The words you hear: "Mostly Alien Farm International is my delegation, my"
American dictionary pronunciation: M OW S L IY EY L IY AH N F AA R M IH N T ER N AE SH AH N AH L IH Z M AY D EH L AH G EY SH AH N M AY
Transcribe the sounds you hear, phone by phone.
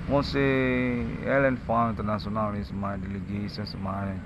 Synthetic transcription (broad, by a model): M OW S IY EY L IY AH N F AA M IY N T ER N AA S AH N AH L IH S M AY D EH L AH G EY S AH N M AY